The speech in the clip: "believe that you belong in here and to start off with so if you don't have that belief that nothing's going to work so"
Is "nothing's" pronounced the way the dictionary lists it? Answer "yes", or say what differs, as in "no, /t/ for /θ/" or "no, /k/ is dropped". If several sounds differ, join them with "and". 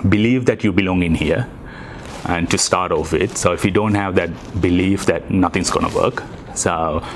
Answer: no, /t/ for /θ/